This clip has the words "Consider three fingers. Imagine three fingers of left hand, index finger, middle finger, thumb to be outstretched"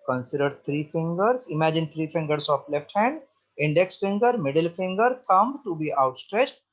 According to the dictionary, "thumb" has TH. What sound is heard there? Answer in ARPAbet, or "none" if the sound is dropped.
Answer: T